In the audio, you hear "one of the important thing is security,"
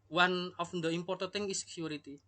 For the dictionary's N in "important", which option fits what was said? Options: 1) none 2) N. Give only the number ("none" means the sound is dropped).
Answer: 1